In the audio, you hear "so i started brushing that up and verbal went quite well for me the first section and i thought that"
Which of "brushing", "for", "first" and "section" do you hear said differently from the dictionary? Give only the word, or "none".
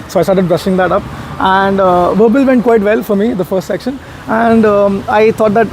none